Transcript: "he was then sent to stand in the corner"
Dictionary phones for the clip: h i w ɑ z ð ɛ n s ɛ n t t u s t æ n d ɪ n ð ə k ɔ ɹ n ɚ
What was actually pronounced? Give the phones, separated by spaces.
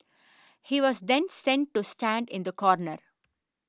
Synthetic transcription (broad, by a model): h i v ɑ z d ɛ n s ɛ n t t u s t æ n d ɪ n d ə k ɔ ɹ n ɚ